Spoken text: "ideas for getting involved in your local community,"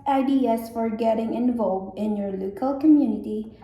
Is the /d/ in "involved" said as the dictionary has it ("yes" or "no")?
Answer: yes